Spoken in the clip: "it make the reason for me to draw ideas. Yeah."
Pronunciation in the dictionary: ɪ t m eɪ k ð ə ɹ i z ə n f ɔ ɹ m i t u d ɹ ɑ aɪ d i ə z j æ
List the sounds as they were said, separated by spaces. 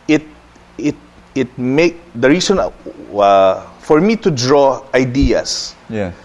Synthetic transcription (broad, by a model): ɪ t m eɪ k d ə ɹ i s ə n f ɔ ɹ m i t u d ɹ ɑ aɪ d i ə s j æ